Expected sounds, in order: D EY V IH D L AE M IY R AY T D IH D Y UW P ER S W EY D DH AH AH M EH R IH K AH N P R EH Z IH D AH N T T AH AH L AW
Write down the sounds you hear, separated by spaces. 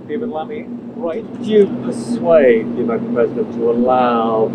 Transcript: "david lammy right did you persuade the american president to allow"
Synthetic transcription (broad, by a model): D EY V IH L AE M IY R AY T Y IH P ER S W EY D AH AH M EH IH AH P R EH Z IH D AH N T T AH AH L AW